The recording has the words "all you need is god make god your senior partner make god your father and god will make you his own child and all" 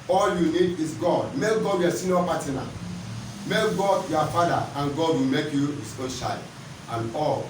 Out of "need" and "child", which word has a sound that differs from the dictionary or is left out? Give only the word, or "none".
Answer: child